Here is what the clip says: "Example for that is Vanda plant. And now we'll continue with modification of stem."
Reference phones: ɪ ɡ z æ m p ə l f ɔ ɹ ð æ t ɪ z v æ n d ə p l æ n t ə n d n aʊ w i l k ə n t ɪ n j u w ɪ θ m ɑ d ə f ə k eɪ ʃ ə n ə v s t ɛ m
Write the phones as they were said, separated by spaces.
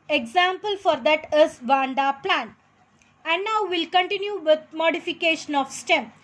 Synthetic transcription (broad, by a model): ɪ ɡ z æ m p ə l f ɔ ɹ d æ t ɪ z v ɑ n d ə p l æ n ə n d n aʊ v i l k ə n t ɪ n j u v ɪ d m ɑ d ə f ə k eɪ ʃ ə n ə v s t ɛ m